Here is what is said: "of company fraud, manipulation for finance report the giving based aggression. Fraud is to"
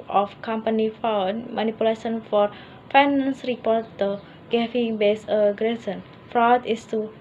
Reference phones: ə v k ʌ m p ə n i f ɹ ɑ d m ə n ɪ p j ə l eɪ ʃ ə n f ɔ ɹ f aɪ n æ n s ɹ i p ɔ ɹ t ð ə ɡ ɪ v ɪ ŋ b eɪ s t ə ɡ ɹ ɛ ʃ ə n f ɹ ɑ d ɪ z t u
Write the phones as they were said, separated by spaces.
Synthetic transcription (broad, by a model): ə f k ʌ m p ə n i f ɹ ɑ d m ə n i p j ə l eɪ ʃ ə n f ɔ ɹ f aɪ n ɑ n s ɹ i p ɔ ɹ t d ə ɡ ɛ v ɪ ŋ b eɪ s ə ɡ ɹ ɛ s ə n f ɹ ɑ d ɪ s t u